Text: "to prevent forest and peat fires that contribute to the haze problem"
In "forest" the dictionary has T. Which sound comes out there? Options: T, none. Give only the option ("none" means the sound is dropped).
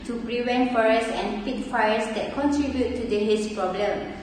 none